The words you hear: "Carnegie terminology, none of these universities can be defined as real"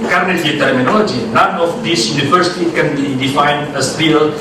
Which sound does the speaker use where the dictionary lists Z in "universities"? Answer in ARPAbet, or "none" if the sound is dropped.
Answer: none